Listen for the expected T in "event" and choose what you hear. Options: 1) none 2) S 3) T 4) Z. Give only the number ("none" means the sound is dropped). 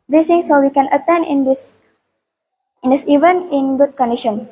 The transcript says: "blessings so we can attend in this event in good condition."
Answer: 1